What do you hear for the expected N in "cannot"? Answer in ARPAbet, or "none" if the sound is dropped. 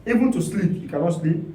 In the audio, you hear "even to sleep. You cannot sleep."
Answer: L